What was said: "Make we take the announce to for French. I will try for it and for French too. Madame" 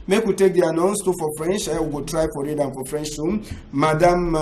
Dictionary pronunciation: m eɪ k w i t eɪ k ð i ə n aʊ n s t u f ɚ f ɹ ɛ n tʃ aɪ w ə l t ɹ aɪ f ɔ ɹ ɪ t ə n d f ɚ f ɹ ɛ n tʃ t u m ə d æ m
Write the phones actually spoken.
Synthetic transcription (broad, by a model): m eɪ k w i t eɪ k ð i ə n aʊ n s t u f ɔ f ɹ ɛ n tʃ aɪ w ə w t ɹ aɪ f ɔ ɹ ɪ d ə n f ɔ f ɹ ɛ n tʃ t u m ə d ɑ m